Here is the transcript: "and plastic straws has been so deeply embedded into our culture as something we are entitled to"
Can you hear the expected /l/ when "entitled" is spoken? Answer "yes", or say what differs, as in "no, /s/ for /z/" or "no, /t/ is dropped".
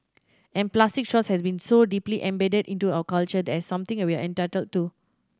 yes